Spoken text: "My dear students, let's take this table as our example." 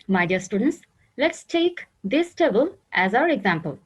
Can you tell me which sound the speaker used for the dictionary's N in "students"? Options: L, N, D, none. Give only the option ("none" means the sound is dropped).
N